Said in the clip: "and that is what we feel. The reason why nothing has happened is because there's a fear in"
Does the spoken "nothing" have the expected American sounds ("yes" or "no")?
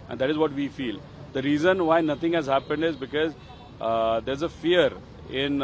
no